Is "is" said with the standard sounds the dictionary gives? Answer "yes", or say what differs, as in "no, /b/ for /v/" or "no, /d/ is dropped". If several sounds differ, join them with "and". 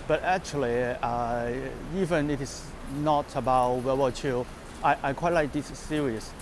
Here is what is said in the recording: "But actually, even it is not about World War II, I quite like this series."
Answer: no, /s/ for /z/